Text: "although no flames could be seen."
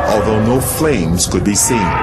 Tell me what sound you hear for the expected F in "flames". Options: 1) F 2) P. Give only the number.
1